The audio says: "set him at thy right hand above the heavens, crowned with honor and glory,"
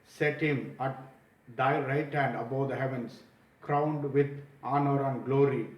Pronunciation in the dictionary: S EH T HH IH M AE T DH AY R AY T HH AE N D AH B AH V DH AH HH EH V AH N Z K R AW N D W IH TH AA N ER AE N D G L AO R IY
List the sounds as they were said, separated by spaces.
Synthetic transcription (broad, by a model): S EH T HH IH M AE T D AY R AY T HH AE N D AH B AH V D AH HH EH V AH N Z K R AW N D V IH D AA N ER AE N D G L AO R IY